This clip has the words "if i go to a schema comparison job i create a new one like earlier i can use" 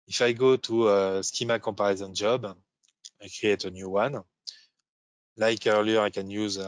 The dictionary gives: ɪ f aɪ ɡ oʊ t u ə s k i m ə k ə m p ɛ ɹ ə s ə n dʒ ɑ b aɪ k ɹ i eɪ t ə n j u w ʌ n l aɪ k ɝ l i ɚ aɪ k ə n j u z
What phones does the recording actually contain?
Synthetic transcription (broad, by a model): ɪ f aɪ ɡ oʊ t u ə s k i m ə k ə p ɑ ɹ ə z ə n dʒ ɑ b aɪ k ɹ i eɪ t ə n j u w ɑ n l aɪ k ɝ l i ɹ aɪ k ə n j u z